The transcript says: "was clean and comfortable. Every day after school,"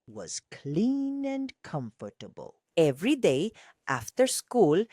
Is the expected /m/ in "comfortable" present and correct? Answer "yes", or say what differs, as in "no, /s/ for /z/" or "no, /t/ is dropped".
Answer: yes